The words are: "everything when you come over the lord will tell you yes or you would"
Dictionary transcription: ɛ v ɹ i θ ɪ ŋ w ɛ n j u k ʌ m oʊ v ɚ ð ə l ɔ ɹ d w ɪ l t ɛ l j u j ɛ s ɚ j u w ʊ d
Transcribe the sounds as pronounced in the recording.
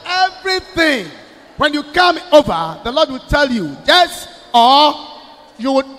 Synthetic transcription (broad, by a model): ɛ v ɹ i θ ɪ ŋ w ɛ n j u k ʌ m oʊ v ɚ ð ə l ɔ d w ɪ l t ɛ l j u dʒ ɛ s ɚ j u w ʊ